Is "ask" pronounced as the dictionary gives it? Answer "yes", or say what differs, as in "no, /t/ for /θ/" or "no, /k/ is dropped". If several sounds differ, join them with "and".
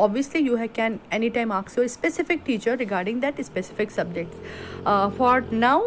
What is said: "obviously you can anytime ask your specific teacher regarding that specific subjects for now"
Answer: no, /s/ is dropped